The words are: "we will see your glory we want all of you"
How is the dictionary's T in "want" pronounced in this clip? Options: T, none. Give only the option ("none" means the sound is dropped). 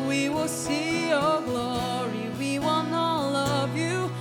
none